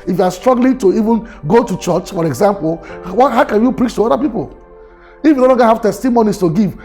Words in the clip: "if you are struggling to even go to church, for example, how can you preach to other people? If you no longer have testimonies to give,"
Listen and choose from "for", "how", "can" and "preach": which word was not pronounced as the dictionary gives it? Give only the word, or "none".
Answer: none